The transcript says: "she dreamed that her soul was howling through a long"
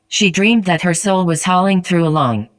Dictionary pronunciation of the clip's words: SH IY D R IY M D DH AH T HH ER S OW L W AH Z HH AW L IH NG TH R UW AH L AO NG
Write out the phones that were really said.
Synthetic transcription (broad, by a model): SH IY D R IY M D DH AH T HH ER S OW L W AH Z HH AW L IH NG TH R UW AH L AO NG